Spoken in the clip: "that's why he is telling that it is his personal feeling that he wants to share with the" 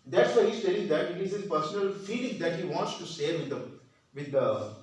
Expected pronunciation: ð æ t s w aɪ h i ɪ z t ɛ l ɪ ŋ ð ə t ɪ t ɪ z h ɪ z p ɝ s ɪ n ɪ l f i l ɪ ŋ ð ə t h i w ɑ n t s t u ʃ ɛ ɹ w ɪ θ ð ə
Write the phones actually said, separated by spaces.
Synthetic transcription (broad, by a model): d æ t s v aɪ h i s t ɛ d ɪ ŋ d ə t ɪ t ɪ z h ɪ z p ɝ s ɪ n ɪ l f i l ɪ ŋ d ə t h i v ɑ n t s t u s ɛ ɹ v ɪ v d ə